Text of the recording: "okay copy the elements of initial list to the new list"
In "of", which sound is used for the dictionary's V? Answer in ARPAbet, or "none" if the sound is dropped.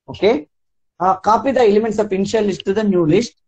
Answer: P